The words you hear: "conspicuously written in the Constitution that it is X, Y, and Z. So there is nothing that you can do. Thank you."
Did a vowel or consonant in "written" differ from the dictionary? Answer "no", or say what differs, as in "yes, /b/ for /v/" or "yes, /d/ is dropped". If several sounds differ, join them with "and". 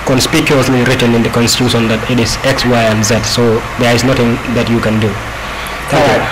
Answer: no